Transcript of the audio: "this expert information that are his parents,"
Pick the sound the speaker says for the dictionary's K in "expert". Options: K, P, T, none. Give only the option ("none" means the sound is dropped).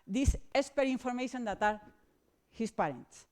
none